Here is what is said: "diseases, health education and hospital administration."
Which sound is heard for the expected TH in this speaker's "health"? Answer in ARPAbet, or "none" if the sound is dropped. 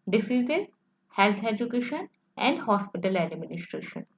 S